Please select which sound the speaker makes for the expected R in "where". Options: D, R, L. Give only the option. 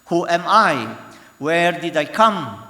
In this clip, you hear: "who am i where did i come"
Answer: R